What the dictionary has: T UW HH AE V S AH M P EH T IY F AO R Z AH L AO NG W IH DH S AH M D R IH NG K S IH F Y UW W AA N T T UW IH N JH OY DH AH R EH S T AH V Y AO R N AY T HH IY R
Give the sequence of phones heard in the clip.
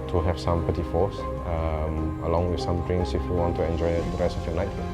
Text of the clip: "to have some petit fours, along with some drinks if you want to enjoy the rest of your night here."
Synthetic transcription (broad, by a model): T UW HH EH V S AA M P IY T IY F AO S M AH L AO NG W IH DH S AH M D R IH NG S IH F Y UW W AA N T T UW IH N JH OY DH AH R EH S T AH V Y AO N AY T